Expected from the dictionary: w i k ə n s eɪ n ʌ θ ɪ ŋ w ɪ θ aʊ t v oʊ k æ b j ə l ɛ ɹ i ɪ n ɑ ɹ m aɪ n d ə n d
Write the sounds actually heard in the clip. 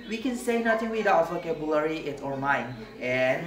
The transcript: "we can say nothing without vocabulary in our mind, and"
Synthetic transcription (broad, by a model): w i k ə n s eɪ n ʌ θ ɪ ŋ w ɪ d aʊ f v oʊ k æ b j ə l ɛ ɹ i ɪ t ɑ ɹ m aɪ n ə n